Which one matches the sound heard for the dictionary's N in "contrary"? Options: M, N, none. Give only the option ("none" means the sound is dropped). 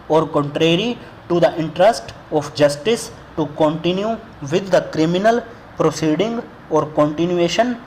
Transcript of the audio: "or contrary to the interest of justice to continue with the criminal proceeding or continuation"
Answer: N